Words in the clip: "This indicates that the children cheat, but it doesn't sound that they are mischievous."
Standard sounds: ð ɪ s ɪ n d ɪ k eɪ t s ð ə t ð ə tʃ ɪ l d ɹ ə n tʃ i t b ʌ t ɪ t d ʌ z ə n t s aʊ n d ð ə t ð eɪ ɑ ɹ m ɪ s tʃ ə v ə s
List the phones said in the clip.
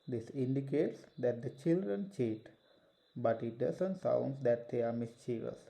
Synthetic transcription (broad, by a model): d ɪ s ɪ n d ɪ k eɪ t s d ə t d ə tʃ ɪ l d ɹ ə n tʃ i t b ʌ t ɪ t d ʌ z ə n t s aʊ n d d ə t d eɪ ɑ ɹ m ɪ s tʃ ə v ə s